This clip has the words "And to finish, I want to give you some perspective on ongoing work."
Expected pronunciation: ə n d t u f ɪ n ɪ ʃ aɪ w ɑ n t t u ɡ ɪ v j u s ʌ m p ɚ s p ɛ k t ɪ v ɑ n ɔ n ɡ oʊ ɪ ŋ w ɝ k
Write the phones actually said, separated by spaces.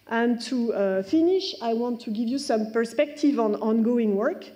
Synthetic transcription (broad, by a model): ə n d t u f ɪ n ɪ ʃ aɪ w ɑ n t t u ɡ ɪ v j u s ʌ m p ɚ s p ɛ k t ɪ v ɑ n ɔ n ɡ oʊ ɪ ŋ w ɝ k